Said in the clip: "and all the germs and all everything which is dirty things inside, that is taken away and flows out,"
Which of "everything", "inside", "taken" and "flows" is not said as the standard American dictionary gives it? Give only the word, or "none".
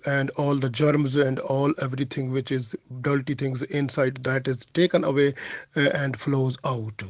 everything